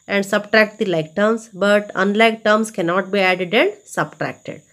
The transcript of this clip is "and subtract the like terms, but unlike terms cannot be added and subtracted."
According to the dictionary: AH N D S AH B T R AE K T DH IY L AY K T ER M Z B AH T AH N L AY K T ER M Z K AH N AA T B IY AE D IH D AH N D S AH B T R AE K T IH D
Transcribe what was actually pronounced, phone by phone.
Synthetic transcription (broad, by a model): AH N D S AH B T R AE K T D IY L AY K T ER M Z B AH T AH N L AY K T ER M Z K AH N AA T B IY AE D IH D AH N D S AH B T R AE K T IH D